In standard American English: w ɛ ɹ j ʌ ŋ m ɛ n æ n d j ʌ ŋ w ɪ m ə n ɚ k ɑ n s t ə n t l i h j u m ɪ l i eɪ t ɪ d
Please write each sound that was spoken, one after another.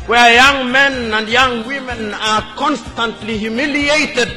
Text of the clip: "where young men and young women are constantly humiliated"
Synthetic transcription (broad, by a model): w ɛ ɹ j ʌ ŋ m ɛ n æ n d j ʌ ŋ w ɪ m ə n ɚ k ɑ n s t ə n t l i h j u m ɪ l i eɪ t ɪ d